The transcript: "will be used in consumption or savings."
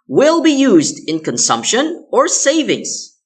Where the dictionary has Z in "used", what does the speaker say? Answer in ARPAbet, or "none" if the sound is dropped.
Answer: Z